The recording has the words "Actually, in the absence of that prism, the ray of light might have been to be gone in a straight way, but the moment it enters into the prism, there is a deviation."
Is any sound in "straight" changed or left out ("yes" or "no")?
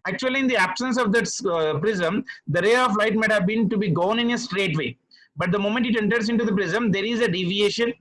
no